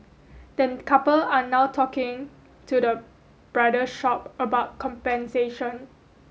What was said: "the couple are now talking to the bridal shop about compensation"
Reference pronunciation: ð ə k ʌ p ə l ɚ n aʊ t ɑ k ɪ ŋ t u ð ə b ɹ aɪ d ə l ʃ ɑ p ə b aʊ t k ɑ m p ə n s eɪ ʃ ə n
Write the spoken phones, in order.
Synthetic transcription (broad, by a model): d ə k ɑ p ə l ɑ n aʊ t ɑ k ɪ ŋ t u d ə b ɹ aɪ d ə ʃ ɑ p ə b aʊ t k ɑ m p ə n s eɪ ʃ ə n